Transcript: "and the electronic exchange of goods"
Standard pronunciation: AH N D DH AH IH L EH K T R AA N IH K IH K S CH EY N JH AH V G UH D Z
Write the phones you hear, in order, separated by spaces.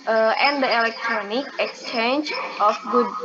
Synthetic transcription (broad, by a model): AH N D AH IH L EH K T R AA N IH K IH K S CH EY N JH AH F G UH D